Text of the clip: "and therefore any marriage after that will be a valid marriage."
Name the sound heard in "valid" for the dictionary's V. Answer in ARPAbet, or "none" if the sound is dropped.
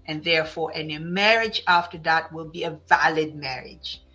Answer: V